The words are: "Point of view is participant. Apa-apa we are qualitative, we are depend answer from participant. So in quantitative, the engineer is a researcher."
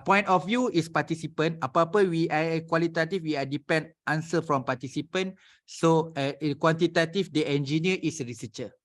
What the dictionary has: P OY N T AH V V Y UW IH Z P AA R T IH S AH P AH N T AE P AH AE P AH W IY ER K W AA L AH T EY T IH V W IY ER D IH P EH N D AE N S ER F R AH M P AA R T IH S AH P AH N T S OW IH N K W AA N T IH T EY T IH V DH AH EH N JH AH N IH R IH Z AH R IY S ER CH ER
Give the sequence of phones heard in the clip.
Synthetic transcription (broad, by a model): P OY N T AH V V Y UW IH S P AA T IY S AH P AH N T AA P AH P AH W IY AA K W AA L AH T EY T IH F W IY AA D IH P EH N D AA N S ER F R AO M P AA T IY S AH P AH N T S OW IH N K W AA N T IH T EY T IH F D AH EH N JH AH N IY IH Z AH R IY S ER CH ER